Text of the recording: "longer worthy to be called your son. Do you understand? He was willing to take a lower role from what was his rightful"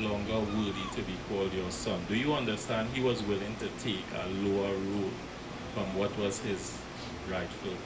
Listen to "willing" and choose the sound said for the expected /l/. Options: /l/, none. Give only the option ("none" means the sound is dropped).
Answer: /l/